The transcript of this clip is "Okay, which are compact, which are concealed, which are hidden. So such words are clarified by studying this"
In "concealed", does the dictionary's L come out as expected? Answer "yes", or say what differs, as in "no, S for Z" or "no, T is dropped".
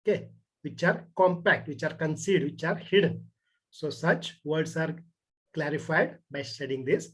no, L is dropped